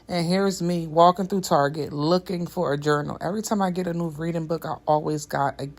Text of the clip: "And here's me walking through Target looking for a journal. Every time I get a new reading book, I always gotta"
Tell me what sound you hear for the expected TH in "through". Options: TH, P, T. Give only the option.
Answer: TH